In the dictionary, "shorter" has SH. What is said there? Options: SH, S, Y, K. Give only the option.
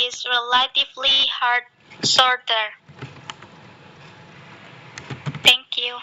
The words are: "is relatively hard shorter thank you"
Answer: S